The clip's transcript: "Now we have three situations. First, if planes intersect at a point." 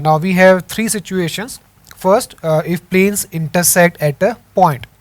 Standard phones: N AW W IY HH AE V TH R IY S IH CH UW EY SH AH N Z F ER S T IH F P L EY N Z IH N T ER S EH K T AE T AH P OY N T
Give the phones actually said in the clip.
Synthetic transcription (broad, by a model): N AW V IY HH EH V T R IY S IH CH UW EY SH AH N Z F ER S T IH F P L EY N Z IH N T ER S EH K T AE T AH P OY N T